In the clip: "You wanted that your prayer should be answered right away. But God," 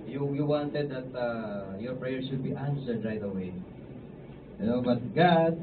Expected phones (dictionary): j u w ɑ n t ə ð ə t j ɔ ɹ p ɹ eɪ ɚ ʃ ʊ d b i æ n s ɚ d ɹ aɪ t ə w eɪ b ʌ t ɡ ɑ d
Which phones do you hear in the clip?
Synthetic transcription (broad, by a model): j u w ɑ n t ə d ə t j ɔ ɹ p ɹ eɪ ɚ s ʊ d b i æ n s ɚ d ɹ aɪ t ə w eɪ b ʌ t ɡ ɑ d